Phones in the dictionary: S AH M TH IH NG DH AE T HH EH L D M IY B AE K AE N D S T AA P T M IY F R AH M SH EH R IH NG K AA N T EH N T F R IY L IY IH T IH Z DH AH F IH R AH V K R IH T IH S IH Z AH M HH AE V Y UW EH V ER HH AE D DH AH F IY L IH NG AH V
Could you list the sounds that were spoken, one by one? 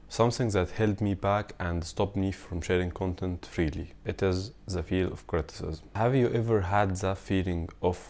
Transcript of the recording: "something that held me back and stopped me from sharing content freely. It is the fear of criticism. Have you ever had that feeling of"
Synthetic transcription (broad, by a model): S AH M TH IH NG DH AE T HH EH L D M IY B AE K AE N D S T AA P T M IY F R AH M SH EH R IH NG K AA N T EH N T F R IY L IY IH T IH Z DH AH F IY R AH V K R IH T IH S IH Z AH M HH AE V Y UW EH V ER HH AE D DH AH F IY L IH NG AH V